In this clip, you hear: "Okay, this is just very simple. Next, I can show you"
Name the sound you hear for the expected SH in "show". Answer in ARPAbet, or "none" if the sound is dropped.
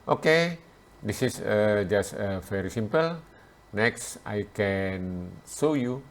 S